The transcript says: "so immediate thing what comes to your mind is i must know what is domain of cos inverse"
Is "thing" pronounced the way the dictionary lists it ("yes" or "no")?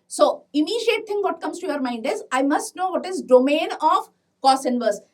no